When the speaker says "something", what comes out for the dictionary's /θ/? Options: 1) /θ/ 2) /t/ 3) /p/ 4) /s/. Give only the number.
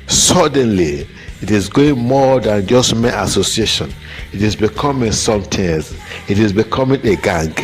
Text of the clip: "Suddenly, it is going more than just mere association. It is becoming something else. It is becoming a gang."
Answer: 2